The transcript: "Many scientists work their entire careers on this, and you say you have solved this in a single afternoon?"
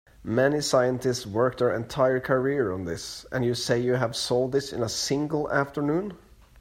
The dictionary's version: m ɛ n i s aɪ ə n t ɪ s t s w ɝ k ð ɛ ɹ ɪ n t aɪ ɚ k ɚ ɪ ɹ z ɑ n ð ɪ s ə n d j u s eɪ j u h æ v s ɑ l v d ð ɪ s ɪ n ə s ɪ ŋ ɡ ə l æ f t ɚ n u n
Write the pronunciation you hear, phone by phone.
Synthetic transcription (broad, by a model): m ɛ n i s aɪ ə n t ɪ s t s w ɝ k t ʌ ɹ ɪ n t aɪ ɚ k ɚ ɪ ɹ ɑ n ð ɪ s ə n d j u s eɪ j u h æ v s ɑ l d ð ɪ s ɪ n ə s ɪ ŋ ɡ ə l æ f t ɚ n u n